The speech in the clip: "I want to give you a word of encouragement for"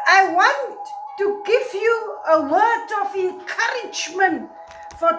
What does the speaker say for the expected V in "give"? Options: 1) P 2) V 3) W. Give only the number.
2